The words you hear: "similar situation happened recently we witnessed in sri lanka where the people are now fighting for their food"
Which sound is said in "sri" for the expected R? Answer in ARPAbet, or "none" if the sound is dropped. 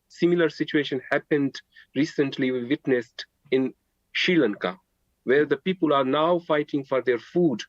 none